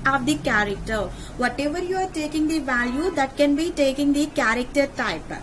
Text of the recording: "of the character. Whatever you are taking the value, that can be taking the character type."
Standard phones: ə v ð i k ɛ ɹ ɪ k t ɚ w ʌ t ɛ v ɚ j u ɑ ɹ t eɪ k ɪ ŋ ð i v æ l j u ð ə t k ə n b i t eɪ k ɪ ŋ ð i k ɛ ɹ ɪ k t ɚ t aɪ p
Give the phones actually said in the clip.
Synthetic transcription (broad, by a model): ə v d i k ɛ ɹ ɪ k t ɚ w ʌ t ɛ v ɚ j u ɑ ɹ t eɪ k ɪ ŋ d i v æ l j u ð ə t k ə n b i t eɪ k ɪ ŋ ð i k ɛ ɹ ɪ k t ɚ t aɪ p